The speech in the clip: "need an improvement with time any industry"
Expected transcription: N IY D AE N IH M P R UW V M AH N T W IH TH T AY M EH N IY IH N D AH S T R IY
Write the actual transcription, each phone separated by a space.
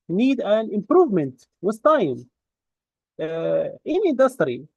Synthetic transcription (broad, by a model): N IY D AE N IH M P R UW V M AH N T W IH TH T AY M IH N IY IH N D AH S T R IY